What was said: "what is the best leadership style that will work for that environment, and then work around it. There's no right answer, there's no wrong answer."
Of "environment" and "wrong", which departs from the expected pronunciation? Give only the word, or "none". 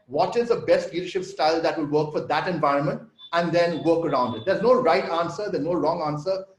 none